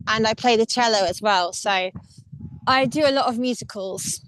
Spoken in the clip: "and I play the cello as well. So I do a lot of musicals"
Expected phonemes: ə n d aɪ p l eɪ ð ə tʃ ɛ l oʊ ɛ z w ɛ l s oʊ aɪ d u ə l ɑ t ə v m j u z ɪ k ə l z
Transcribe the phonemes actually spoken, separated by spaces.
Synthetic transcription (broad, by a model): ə n aɪ p l eɪ ð ə tʃ ɛ l oʊ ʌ z w ɛ l s oʊ aɪ d ə l ɑ t ə v m j u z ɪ k ə l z